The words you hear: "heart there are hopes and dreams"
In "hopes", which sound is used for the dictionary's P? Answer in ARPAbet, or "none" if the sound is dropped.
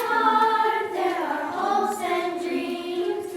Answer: none